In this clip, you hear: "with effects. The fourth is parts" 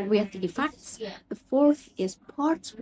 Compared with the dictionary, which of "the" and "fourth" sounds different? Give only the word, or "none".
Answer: none